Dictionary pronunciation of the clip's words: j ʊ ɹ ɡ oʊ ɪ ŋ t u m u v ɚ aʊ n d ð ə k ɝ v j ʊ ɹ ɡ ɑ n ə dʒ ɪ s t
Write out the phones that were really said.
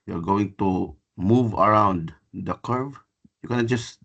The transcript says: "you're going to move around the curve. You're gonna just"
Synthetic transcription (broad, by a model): j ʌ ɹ ɡ oʊ ɪ ŋ t u m u v ɚ aʊ n d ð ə k ɝ v j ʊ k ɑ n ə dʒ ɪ s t